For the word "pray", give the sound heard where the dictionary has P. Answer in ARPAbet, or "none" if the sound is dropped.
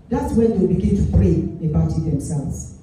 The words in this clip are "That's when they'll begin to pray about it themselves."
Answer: F